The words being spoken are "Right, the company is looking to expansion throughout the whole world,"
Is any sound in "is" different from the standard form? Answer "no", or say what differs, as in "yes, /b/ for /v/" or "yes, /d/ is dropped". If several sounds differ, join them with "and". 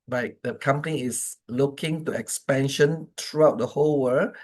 yes, /s/ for /z/